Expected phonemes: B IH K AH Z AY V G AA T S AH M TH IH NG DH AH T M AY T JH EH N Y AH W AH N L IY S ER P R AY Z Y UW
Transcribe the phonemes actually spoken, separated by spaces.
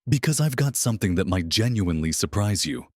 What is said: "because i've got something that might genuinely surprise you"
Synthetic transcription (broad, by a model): B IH K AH Z AY V G AA T S AH M TH IH NG DH AH T M AY T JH EH N Y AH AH N L IY S ER P R AY Z Y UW